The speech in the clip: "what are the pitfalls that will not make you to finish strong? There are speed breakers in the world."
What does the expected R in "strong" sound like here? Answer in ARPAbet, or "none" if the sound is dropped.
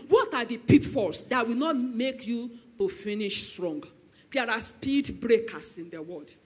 R